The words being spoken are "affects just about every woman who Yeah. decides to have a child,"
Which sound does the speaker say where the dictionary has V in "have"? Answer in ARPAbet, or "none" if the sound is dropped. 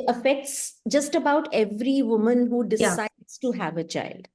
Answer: V